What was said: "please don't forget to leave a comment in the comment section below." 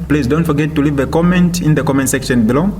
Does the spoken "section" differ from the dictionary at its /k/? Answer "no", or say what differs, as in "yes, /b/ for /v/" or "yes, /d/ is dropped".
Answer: no